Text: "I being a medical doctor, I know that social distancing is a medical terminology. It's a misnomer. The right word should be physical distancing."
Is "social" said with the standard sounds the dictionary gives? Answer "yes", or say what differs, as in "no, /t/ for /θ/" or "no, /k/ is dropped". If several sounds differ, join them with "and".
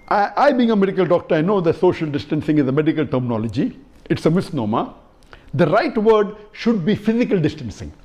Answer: yes